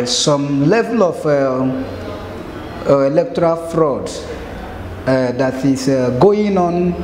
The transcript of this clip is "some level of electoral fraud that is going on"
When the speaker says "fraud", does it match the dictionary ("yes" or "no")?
yes